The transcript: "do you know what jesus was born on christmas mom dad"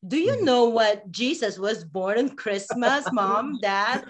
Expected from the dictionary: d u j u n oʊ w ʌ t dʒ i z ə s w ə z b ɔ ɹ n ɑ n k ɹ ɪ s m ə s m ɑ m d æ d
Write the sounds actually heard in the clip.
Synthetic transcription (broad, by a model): d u j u n oʊ w ʌ t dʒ i s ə s w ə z b ɔ ɹ n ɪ n k ɹ ɪ s m ə s m ɑ m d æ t